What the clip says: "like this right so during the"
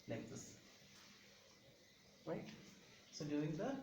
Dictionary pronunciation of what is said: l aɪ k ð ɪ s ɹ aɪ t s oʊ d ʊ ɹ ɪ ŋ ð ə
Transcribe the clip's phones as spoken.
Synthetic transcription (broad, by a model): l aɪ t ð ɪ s ɹ aɪ t s oʊ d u ɪ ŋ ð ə